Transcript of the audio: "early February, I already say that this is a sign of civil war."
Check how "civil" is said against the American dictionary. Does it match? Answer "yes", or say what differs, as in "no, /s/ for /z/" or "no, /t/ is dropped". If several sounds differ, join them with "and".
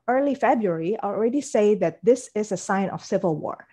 yes